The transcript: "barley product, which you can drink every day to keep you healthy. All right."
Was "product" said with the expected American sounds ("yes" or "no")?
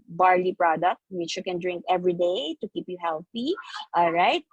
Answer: yes